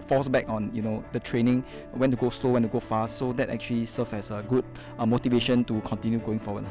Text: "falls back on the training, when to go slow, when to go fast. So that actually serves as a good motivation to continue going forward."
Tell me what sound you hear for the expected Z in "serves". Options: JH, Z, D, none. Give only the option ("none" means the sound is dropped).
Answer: none